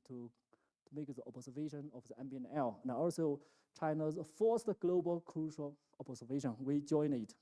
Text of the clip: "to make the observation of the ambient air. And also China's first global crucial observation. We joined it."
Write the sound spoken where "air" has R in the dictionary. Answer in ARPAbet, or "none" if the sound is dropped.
L